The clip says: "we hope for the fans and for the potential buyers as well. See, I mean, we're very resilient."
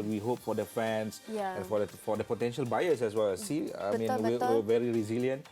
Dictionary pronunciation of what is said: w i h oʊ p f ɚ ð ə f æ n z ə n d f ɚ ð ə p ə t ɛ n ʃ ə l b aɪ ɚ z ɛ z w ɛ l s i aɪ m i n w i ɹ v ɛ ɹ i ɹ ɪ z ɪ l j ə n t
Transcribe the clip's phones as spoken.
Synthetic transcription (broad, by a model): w i h oʊ p f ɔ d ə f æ n s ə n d f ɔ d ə p ə t ɛ n ʃ ə l b aɪ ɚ s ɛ s w ɛ l s i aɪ m i n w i w v ɛ ɹ i ɹ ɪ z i l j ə n t